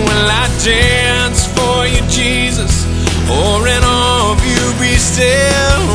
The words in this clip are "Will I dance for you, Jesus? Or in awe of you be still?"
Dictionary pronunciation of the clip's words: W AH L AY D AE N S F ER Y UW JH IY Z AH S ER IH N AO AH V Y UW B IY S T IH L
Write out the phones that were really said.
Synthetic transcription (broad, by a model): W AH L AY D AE N S F ER Y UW JH IY Z AH S ER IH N AO AH V Y UW B IY S T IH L